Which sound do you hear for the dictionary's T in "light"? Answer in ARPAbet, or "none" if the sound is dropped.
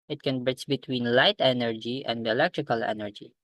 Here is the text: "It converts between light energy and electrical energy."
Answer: T